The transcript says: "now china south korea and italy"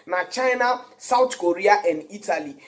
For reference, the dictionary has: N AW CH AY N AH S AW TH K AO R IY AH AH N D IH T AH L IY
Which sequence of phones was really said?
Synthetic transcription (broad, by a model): N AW CH AY N AH S AW T K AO R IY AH AH N D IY T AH L IY